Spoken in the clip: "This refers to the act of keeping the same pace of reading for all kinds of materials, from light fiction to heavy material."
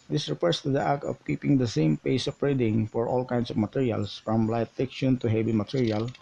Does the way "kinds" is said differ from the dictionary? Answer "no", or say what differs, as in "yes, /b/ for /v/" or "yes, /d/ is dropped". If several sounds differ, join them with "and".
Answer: yes, /s/ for /z/